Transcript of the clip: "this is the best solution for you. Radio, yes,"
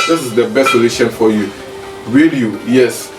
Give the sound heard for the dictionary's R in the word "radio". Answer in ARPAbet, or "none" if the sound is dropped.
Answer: W